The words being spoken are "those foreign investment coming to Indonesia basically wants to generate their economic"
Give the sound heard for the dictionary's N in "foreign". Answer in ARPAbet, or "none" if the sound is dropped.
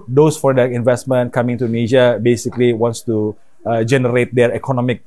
none